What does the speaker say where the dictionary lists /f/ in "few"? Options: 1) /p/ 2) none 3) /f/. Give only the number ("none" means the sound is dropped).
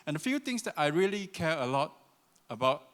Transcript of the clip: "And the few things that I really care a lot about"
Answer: 3